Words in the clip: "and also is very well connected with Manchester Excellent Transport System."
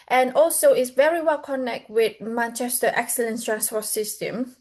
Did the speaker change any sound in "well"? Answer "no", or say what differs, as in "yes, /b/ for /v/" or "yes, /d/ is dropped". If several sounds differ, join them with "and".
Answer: no